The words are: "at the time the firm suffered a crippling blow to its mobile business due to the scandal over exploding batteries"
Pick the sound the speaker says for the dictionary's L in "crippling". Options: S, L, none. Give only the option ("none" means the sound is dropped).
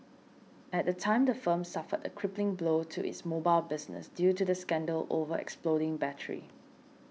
L